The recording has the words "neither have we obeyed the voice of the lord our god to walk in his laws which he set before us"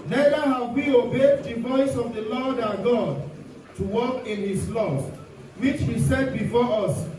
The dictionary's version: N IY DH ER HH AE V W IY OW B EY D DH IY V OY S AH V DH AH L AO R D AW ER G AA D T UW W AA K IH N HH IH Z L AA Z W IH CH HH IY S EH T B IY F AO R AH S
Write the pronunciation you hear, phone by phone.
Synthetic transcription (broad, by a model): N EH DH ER HH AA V W IY OW B EY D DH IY V OY S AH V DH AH L AO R D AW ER G AA D T UW W AA K IH N HH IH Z L AA S W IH CH HH IY S EH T B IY F AO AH S